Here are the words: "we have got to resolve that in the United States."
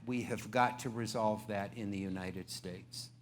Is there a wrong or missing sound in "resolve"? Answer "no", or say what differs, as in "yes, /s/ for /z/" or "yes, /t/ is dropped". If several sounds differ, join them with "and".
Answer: no